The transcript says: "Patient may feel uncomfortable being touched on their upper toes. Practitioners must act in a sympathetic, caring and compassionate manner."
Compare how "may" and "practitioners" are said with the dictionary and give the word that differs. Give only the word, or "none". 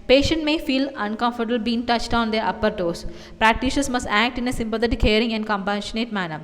practitioners